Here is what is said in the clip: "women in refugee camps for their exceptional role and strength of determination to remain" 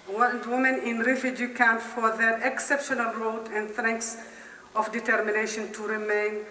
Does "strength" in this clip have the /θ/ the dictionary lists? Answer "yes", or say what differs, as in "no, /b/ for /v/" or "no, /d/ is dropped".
no, /s/ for /θ/